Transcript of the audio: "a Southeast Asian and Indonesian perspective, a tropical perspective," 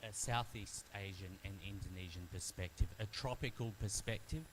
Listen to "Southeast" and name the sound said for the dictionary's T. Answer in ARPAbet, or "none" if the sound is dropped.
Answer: T